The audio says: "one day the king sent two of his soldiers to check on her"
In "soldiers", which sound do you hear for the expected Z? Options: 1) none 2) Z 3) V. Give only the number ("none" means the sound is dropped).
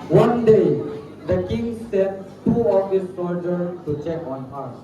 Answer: 1